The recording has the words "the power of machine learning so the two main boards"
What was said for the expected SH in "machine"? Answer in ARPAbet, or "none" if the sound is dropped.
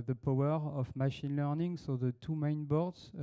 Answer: SH